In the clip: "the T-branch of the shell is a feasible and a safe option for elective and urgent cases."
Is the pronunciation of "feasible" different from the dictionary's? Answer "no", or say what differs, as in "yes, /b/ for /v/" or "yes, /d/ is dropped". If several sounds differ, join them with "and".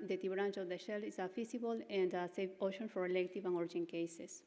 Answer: yes, /s/ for /z/